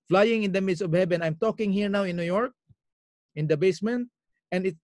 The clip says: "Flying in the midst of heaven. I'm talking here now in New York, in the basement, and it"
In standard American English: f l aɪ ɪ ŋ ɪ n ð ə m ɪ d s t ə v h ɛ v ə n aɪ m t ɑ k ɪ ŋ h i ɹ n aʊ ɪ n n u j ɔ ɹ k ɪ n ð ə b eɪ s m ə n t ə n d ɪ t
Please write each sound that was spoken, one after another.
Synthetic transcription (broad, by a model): f l aɪ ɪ ŋ ɪ n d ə m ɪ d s ə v h ɛ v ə n aɪ m t ɑ k ɪ ŋ h i ɹ n aʊ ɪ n n u j ɔ ɹ k ɪ n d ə b eɪ s m ə n t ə n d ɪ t